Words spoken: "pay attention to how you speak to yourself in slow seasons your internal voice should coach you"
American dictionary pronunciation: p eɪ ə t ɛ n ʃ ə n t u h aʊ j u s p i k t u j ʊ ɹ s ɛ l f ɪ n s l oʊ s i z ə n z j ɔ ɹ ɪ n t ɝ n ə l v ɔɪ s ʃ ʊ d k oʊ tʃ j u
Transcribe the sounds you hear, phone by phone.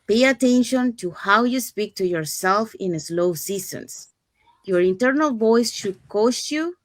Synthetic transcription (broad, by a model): p eɪ ə t ɛ n ʃ ə n t u h aʊ j u s p i k t u j ʊ ɹ s ɛ l f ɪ n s l oʊ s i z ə n s j ɔ ɹ ɪ n t ɝ n ə l v ɔɪ s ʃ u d k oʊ s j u